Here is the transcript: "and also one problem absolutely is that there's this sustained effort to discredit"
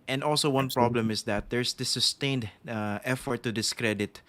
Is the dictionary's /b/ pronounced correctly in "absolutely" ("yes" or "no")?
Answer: no